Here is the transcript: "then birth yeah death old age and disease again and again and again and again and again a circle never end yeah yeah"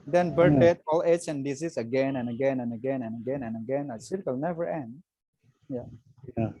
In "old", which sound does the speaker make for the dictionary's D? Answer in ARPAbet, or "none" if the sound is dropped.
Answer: none